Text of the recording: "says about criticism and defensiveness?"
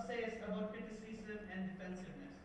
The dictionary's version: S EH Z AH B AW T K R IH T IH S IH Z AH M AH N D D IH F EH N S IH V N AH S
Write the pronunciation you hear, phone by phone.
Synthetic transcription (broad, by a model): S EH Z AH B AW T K IH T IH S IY S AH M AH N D D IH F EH N S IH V N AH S